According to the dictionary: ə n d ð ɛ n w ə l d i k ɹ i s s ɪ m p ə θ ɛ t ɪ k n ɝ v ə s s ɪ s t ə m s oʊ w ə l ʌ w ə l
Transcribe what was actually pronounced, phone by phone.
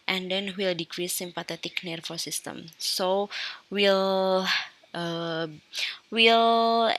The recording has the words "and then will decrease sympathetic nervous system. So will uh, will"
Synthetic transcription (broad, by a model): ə n d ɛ n w ə l d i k ɹ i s s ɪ m p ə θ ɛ t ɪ k n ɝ f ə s s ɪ s t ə m s oʊ w ə l ʌ w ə l